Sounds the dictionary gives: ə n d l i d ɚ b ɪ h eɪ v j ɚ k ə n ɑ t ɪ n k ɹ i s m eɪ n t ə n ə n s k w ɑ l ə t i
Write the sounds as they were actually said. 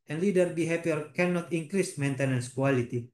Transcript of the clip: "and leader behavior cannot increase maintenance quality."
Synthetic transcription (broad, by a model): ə n l i d ɚ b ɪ h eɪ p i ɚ k ə n ɑ t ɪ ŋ k ɹ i s m eɪ n t ə n ə n s k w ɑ l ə t i